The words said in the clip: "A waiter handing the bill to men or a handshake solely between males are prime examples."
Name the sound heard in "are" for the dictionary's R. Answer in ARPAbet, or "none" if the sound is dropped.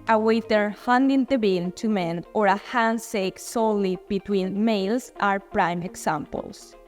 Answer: R